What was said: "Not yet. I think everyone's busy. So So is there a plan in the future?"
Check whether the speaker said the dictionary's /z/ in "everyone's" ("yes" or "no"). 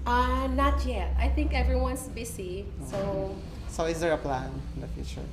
no